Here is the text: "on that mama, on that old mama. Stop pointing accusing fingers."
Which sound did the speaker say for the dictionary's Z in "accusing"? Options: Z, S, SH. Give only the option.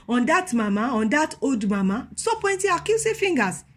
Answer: S